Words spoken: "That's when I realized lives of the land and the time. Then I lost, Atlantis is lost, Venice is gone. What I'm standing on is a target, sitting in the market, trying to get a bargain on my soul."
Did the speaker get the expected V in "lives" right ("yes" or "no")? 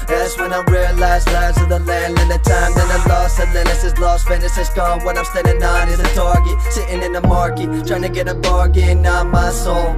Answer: no